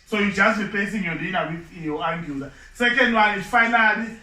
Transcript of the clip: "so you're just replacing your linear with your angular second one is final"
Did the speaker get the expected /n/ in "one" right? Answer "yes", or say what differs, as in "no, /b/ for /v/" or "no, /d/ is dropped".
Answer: no, /l/ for /n/